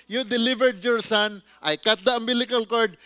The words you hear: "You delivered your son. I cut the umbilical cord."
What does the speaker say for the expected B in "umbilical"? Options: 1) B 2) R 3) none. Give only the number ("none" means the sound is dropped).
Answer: 3